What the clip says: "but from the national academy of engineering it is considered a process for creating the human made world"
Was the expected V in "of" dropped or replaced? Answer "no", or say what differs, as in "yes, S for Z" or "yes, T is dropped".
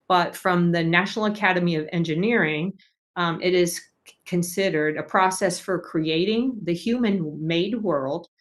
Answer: no